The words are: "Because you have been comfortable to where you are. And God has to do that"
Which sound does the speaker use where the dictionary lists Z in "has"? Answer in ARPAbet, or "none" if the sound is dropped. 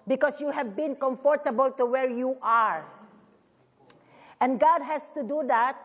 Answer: S